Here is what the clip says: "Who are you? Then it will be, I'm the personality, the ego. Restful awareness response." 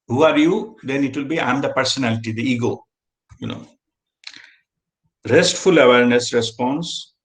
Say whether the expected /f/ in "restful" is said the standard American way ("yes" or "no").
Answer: yes